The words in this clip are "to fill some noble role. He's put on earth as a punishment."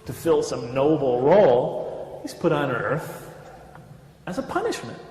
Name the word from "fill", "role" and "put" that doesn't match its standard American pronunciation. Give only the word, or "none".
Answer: none